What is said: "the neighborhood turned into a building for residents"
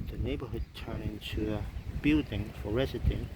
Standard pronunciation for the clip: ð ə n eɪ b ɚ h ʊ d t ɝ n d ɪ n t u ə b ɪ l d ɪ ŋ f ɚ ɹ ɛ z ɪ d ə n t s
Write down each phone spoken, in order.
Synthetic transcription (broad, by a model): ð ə n eɪ b ɚ h ʊ d t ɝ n ɪ n t u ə b ɪ l d ɪ ŋ f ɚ ɹ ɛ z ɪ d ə